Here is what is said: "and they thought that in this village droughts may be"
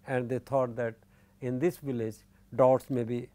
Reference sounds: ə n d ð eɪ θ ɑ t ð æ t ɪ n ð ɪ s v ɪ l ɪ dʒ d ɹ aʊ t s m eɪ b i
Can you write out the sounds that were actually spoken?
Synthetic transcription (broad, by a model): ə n d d eɪ t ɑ t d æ t ɪ n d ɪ s v ɪ l ɪ dʒ d ɔ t s m eɪ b i